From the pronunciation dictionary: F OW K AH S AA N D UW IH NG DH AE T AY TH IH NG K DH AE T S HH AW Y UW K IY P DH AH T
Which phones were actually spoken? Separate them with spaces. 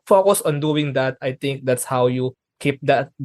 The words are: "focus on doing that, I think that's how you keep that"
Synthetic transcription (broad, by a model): F OW K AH S AA N D UW IH NG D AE T AY T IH NG K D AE T S HH AW Y UW K IY P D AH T